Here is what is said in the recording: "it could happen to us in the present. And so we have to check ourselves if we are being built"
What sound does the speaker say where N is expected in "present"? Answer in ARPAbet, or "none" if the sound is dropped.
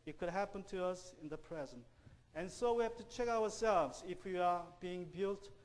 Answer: N